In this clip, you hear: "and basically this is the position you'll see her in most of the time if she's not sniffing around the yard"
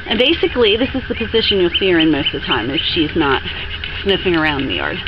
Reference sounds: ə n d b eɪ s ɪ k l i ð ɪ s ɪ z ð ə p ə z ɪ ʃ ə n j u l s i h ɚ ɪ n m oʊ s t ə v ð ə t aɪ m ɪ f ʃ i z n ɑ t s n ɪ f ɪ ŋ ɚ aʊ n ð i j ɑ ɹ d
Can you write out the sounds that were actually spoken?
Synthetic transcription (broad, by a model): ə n b eɪ s ɪ k l i ð ɪ s ɪ z ð ə p ə z ɪ ʃ ə n j u l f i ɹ ɪ n m oʊ s t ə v ð ə t aɪ m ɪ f ʃ i z n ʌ t s n ɪ f ɪ ŋ ɚ aʊ n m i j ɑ ɹ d